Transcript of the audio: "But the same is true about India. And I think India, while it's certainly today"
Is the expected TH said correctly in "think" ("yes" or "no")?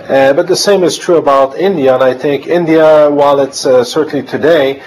yes